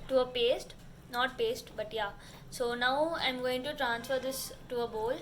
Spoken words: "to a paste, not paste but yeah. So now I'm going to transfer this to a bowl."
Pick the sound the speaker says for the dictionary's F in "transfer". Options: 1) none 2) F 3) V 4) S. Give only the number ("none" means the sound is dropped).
2